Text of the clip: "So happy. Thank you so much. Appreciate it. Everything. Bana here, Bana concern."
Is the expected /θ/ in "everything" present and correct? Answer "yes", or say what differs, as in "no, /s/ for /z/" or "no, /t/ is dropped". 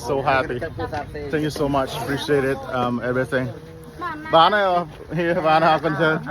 yes